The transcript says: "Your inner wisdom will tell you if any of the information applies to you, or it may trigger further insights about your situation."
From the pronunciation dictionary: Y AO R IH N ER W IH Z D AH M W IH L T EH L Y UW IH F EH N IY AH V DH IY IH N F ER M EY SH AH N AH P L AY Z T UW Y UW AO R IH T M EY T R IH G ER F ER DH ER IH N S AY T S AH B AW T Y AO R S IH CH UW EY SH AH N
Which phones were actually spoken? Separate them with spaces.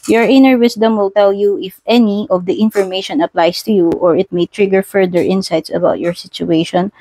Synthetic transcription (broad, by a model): Y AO R IH N ER W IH S D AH M W IH L T EH L Y UW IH F EH N IY AH V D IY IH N F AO M EY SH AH N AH P L AY S T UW Y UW AO R IH T M EY T R IH G ER F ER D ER IH N S AY T S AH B AW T Y AO R S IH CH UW EY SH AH N